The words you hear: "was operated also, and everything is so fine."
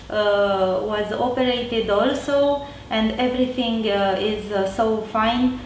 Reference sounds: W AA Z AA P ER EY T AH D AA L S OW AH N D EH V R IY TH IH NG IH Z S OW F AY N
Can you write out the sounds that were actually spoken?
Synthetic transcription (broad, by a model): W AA Z AA P ER EY T AH D AA L S OW AH N D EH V R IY T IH NG IH Z S OW F AY N